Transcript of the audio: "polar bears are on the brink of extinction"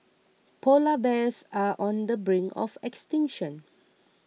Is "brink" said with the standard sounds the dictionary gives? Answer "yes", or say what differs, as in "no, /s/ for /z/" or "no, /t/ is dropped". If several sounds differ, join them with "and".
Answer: no, /k/ is dropped